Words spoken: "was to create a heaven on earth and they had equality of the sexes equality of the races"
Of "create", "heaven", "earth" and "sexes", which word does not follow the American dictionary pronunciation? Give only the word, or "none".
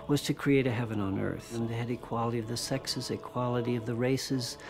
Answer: none